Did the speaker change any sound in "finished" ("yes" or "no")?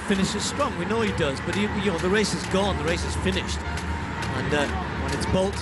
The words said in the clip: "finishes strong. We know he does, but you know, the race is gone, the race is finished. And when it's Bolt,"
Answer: no